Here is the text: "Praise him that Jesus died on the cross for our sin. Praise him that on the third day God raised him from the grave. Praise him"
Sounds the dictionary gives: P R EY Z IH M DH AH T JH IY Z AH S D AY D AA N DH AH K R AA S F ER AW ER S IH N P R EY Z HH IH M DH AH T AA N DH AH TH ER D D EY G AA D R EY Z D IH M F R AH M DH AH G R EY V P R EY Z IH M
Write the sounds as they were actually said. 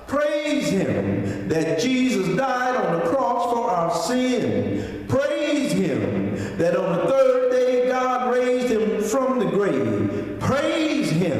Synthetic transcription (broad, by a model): P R EY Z IH M DH AH T JH IY Z AH S D AY D N DH AH K R AA S F ER AW ER S IH N P R EY Z HH IH M DH AH T N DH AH TH ER D D EY G AA D R EY Z D IH M F R AH M DH AH G R EY V P R EY Z IH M